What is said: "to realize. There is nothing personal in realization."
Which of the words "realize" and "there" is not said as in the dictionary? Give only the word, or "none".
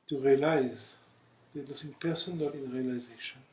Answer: there